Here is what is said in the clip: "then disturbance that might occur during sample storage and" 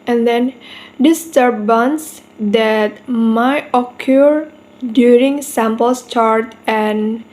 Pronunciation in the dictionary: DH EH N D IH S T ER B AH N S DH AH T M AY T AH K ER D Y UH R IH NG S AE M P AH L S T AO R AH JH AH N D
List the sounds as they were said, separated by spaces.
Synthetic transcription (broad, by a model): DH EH N D IH S T ER B AH N S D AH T M AY T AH K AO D Y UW R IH NG S AE M P AH L S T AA R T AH N